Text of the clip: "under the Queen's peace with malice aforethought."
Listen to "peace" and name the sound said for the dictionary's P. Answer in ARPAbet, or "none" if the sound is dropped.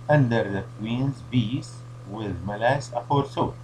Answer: B